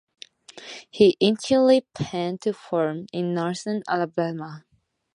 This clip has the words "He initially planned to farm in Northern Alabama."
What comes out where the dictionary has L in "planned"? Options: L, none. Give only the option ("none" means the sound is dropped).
none